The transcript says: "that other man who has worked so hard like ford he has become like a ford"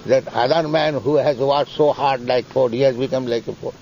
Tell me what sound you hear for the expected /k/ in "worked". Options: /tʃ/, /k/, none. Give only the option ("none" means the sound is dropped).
none